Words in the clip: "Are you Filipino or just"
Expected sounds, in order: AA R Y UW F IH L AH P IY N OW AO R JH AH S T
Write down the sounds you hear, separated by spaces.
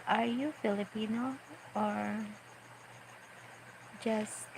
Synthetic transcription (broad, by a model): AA R Y UW F IH L AH P IY N OW AO R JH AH S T